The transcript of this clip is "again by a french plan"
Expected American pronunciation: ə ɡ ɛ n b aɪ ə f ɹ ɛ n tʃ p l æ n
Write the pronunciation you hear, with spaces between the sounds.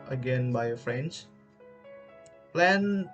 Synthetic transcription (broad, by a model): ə ɡ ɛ n b aɪ ə f ɹ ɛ n s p l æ n